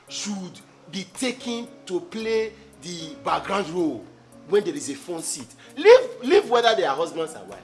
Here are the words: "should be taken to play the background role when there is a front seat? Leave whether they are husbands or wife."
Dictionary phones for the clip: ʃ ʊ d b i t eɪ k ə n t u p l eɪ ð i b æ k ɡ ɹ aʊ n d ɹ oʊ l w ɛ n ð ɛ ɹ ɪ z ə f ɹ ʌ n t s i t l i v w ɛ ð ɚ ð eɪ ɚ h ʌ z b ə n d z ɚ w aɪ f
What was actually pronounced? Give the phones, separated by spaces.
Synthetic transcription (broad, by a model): ʃ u d b i t eɪ k ə n t u p l eɪ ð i b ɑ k ɡ ɹ aʊ n d ɹ oʊ l w ɛ n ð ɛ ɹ ɪ z ə f ɔ n t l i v l i v w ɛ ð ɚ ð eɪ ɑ h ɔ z b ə n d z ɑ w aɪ